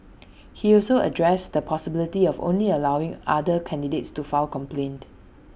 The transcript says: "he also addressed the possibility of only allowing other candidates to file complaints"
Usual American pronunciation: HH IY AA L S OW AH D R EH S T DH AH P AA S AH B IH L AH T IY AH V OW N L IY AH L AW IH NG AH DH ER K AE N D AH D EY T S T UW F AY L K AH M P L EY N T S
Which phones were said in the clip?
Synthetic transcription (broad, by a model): HH IY AA L S OW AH D R EH S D AH P AA S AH B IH L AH T IY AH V OW N L IY AH L AW IH NG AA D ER K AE N D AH D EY T S T UW F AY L K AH M P L EY N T